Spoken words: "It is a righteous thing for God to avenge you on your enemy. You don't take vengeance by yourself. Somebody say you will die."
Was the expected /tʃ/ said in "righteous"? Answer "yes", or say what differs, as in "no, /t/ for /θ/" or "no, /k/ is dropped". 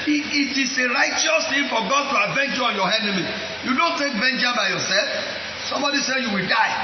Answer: yes